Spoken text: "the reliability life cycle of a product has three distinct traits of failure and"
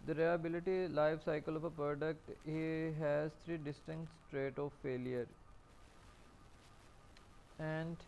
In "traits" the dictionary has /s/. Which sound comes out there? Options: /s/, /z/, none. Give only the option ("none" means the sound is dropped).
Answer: none